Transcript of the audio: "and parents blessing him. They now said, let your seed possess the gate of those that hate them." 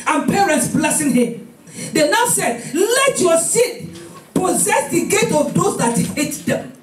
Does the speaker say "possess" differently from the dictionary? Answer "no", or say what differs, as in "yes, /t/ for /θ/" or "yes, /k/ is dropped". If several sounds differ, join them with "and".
no